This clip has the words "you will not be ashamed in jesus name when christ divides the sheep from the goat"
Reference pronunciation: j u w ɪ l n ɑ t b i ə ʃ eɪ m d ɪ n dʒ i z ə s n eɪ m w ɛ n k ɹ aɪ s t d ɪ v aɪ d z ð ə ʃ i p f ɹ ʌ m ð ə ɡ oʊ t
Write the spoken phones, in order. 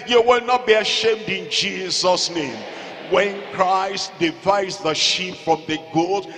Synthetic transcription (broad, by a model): j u w ɪ l n ɑ t b i ə ʃ eɪ m d ɪ n dʒ i z ə s n eɪ m w ɛ n k ɹ aɪ s t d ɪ v aɪ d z ð ə ʃ i p f ɹ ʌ m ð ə ɡ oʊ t